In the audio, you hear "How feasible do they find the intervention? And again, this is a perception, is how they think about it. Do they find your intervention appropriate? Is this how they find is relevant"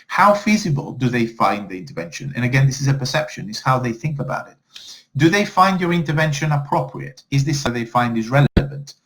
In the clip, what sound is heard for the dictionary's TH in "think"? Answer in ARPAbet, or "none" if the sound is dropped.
TH